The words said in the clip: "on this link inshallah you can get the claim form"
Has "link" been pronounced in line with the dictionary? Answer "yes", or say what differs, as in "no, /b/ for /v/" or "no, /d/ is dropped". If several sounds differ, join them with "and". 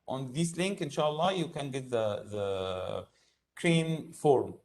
yes